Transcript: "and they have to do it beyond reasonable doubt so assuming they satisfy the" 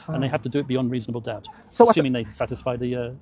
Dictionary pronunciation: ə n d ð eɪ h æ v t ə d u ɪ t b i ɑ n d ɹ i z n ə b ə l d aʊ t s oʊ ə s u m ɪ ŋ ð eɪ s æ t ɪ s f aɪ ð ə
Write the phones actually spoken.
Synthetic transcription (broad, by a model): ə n ð eɪ h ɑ f t ə d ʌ ɪ t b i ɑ n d ɹ i z n ə b ə l d aʊ t s oʊ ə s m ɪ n ð eɪ s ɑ t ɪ s f aɪ ð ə